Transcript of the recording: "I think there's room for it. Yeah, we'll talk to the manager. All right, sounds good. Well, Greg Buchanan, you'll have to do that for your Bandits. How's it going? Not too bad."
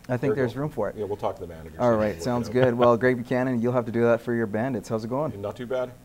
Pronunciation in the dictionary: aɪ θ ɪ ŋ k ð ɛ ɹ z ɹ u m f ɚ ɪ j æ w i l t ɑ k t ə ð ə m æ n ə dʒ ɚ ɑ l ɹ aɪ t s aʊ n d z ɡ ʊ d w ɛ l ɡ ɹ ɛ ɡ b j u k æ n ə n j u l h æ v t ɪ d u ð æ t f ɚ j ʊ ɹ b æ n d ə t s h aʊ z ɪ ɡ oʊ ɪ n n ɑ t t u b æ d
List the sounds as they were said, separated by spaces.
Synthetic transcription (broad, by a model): aɪ θ ɪ ŋ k ð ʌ ɹ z ɹ u m f ɚ ɪ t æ w i l t ɑ k t ə ð ə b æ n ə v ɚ ɑ l ɹ aɪ t s aʊ n d z ɡ ʊ d w ɛ l ɡ ɹ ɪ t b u k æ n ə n j u l h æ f t ɪ d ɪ ð æ t f ɚ j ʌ ɹ b æ n d ə t s h aʊ z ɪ ɡ oʊ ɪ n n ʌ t t u b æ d